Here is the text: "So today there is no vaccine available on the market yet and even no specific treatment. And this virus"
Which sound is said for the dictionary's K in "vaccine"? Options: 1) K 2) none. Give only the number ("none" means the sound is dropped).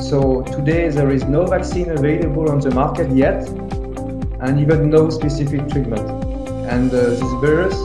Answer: 1